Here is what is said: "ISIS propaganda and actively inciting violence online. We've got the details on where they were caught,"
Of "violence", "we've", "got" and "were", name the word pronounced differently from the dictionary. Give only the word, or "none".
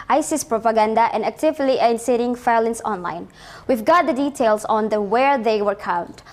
violence